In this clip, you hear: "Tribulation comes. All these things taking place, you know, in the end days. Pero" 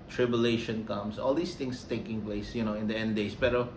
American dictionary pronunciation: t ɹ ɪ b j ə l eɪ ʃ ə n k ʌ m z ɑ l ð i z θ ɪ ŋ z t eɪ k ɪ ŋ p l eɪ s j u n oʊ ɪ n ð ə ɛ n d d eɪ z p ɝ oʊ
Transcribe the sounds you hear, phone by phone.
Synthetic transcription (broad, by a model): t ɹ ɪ b j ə l eɪ ʃ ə n k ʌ m s ɑ l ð i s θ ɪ ŋ s t eɪ k ɪ ŋ p l eɪ s j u n oʊ ɪ n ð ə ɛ n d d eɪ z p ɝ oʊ